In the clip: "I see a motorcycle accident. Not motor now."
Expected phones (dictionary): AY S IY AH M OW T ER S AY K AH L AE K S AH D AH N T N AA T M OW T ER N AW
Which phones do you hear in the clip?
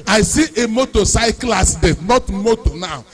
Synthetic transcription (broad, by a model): AY S IY AH M OW T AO S AY K L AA S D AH T N AA T M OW T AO N AW